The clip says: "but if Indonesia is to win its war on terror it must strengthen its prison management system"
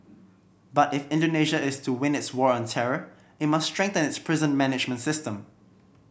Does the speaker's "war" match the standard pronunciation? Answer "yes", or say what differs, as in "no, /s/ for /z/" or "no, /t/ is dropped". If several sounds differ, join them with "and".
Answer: yes